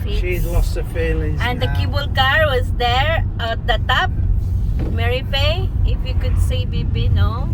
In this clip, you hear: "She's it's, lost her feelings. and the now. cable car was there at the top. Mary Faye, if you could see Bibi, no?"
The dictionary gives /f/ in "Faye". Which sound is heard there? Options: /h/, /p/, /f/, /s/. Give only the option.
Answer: /p/